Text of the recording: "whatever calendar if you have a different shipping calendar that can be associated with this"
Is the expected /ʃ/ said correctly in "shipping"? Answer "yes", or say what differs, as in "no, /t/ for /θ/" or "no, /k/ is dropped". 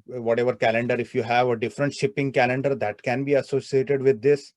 yes